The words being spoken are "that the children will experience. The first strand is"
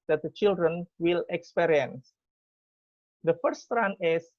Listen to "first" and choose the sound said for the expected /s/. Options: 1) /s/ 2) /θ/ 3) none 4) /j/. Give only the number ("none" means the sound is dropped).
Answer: 3